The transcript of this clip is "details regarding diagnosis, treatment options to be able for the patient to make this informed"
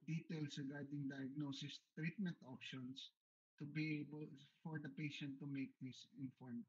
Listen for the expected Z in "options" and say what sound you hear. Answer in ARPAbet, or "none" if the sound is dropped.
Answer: S